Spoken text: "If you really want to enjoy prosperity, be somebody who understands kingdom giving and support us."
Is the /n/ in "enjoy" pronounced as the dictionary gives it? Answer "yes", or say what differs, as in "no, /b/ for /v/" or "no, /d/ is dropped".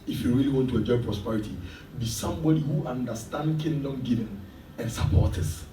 no, /n/ is dropped